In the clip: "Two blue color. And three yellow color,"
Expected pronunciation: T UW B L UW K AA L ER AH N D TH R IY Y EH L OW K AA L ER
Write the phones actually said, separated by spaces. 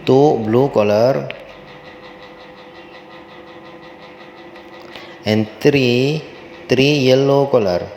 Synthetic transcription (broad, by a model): T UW B L UW K AA L ER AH N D T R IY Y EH L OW K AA L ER